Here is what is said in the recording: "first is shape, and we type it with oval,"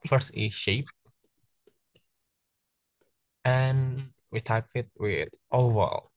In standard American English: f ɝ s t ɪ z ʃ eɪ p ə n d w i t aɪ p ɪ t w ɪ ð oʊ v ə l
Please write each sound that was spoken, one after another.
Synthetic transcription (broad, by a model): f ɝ s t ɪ ʃ eɪ p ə n w i t aɪ p ɪ t w ɪ ð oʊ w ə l